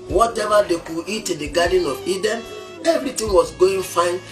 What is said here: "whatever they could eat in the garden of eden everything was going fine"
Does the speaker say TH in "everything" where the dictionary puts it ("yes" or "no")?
no